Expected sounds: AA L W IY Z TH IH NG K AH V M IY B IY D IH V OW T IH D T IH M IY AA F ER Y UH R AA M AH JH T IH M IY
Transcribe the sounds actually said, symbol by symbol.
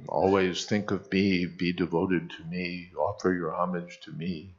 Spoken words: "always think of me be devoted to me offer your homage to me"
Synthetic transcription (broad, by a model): AA L W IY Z TH IH NG K AH V M IY B IY D IH V OW T IH D T IH M IY AA F ER Y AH R AA M AH JH T IH M IY